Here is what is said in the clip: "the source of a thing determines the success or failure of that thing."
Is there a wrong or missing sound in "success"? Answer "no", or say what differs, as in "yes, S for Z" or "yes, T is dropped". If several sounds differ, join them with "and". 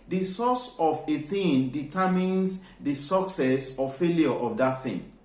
no